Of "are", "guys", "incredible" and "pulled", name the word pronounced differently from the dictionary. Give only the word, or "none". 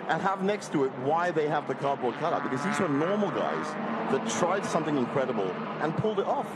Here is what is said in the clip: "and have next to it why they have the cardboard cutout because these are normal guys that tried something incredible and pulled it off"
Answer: none